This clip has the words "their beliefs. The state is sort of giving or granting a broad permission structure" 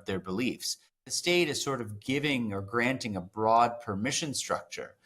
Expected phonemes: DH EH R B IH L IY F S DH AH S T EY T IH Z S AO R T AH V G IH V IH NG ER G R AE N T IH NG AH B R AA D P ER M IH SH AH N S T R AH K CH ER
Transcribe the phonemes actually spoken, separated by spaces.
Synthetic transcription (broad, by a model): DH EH R B IH L IY F S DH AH S T EY T IH Z S AO R T AH V G IH V IH NG ER G R AE N T IH NG AH B R AA D P ER M IH SH AH N S T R AH K CH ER